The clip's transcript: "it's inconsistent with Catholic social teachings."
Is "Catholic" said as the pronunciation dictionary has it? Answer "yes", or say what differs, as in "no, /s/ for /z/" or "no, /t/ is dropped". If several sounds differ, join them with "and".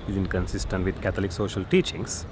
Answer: no, /t/ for /θ/